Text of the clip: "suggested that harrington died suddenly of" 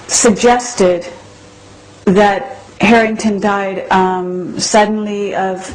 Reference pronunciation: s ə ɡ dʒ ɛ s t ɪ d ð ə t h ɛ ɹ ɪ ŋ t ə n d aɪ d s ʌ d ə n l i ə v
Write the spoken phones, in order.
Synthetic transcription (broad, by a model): s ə ɡ dʒ ɛ s t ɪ d ð ə t h ɛ ɹ ɪ ŋ t ə n d aɪ d s ʌ d n l i ə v